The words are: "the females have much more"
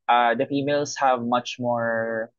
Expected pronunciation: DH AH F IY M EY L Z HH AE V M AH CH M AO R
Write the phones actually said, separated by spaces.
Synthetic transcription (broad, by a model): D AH F IY M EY L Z HH AE V M AH CH M AO R